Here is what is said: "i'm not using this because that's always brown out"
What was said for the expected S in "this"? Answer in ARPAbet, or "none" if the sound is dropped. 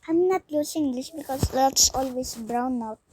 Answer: SH